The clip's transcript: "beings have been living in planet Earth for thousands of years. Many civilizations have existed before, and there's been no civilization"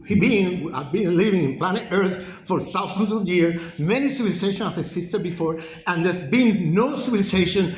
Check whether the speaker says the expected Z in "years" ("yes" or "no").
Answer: no